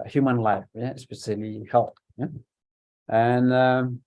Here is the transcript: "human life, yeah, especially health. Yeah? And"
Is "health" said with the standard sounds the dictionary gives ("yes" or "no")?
no